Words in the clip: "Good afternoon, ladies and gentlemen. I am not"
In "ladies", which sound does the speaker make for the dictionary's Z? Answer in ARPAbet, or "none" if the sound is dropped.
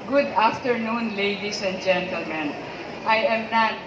S